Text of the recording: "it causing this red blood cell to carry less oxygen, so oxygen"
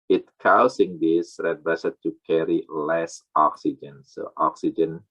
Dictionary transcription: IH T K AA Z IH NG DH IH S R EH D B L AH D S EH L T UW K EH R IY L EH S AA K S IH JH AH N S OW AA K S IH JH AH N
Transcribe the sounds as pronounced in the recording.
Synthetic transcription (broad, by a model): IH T K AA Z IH NG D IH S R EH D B AH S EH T T UW K EH R IY L EH S AA K S IH JH AH N S OW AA K S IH JH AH N